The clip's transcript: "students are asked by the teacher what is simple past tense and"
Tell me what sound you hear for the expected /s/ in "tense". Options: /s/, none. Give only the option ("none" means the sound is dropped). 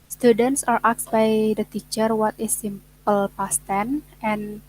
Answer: none